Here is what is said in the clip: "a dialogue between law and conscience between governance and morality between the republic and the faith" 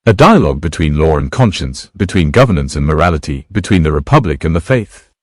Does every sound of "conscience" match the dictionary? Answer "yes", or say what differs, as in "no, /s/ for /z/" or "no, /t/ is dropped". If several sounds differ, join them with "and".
yes